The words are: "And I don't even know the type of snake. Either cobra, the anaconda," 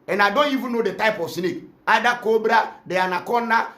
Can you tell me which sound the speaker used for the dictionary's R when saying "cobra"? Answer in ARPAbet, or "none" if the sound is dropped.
R